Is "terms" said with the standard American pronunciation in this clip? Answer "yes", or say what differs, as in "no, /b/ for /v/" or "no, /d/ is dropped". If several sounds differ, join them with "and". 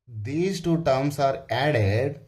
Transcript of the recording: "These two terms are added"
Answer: no, /s/ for /z/